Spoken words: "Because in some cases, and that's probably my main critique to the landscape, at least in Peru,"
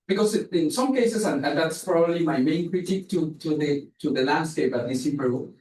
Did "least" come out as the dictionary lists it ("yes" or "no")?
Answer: no